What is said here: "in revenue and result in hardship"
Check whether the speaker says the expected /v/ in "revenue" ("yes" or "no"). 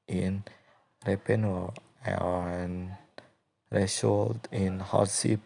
no